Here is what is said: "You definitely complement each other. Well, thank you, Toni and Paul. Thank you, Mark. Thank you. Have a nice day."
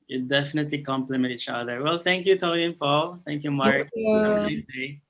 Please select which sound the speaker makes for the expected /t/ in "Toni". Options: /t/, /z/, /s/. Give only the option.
/t/